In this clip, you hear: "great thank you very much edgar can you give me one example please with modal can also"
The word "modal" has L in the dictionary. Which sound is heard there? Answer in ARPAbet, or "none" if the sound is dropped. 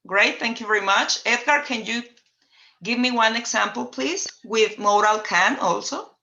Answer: L